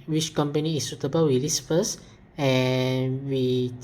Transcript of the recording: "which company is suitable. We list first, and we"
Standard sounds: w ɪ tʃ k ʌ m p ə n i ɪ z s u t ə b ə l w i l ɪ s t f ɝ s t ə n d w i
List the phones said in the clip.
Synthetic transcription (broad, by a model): w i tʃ k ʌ m p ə n i s u t ə b ə l w i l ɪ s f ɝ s ə n w i